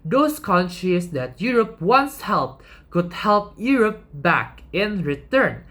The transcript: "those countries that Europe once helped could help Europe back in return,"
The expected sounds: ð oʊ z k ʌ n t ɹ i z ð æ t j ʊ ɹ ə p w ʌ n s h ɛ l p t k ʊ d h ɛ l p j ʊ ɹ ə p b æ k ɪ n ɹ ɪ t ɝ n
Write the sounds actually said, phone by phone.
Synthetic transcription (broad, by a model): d oʊ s k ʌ n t ɹ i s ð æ t j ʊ ɹ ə p w ʌ n s h ɛ l p t k ʊ d h ɛ l p j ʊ ɹ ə p b æ k ɪ n ɹ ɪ t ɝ n